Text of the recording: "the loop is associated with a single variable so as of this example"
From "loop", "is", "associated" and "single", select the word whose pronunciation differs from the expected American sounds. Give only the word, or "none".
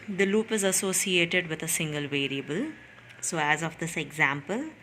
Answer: none